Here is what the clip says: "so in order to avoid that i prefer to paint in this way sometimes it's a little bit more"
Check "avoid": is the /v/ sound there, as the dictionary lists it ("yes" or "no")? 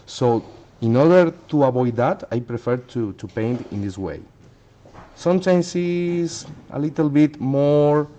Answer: no